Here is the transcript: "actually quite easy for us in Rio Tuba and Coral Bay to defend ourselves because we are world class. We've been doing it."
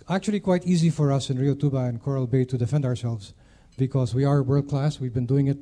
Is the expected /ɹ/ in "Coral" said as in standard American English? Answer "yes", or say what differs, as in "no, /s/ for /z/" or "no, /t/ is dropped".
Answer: yes